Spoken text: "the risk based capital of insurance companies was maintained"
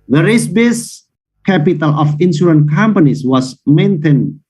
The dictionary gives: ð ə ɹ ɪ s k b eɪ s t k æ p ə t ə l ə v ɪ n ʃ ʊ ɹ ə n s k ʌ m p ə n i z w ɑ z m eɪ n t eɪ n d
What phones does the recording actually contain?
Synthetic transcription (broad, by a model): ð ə ɹ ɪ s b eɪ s k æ p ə t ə l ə f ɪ n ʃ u ɹ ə n k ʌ m p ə n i s w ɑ s m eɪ n t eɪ n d